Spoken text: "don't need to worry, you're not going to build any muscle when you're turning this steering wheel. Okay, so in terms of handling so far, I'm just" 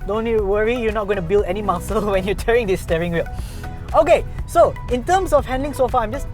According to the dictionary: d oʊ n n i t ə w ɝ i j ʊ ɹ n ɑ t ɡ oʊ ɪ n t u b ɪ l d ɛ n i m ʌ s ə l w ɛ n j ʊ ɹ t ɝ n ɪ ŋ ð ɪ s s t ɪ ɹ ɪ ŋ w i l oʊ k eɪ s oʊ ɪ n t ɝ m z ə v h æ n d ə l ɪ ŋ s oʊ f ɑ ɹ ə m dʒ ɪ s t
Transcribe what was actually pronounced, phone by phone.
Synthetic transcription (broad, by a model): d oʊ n n i w ɝ i j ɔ n ɑ t ɡ oʊ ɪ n t u b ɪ l d ɛ n i m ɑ s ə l w ɛ n j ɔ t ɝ ɪ ŋ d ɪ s s t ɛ ɹ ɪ ŋ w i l oʊ k eɪ s oʊ ɪ n t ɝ m s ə f h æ n d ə l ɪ ŋ s oʊ f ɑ ə m dʒ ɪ s